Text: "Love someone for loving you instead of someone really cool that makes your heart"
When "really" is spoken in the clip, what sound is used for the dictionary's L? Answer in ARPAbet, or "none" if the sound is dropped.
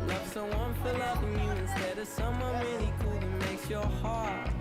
N